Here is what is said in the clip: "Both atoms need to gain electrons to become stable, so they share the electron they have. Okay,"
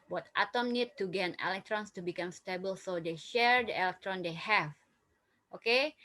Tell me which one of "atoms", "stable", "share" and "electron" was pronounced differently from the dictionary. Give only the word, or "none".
atoms